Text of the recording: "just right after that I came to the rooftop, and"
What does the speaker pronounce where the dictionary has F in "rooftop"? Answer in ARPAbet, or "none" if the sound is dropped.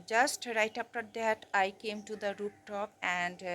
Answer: P